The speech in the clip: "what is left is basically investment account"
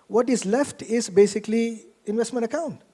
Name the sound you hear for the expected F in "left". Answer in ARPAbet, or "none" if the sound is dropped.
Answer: F